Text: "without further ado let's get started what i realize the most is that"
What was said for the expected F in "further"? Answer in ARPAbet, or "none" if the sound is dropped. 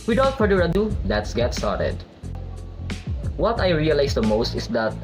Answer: P